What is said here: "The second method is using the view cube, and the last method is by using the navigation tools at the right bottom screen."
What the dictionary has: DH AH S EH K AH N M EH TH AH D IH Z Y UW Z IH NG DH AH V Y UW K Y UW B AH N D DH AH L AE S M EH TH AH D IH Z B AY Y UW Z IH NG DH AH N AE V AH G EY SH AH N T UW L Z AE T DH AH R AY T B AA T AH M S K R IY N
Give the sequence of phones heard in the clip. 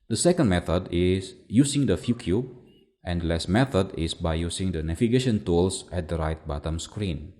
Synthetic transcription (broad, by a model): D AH S EH K AH N M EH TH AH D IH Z Y UW S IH NG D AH F Y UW K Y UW AH N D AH L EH S M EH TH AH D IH S B AY Y UW S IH NG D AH N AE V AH G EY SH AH N T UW L S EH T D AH R AY T B AA T AH M S K R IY N